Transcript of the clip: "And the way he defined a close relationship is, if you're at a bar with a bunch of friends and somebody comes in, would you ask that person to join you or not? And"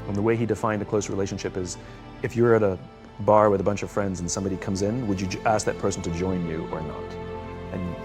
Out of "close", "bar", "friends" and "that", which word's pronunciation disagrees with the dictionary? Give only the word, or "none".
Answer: none